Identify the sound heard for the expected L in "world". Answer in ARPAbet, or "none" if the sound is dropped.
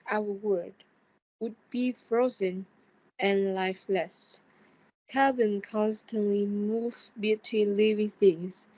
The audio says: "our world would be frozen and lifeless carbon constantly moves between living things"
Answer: none